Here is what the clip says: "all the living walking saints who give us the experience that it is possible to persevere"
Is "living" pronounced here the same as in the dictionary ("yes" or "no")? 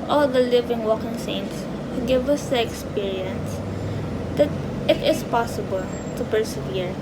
yes